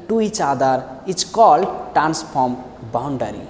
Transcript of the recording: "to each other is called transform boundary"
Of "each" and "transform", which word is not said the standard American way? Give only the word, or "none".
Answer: transform